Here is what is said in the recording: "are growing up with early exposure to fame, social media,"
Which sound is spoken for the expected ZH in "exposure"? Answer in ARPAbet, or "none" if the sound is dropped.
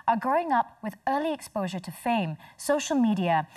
ZH